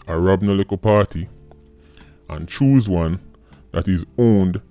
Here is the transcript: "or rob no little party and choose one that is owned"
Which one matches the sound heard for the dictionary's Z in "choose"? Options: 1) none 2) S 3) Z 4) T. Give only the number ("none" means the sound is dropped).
3